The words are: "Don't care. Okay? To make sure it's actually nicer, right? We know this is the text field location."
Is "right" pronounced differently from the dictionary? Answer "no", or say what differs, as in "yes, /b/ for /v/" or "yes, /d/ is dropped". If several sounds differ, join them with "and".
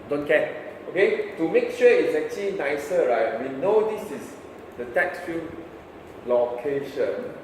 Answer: no